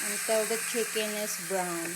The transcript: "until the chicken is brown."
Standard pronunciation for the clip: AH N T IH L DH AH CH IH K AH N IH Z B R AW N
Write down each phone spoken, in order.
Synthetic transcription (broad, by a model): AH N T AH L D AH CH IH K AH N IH S B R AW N